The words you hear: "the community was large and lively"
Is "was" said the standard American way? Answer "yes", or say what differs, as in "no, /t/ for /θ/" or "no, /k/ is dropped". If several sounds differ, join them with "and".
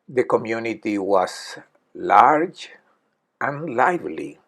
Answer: no, /s/ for /z/